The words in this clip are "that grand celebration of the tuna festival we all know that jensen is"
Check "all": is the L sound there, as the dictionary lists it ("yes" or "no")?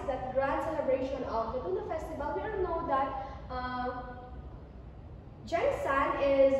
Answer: no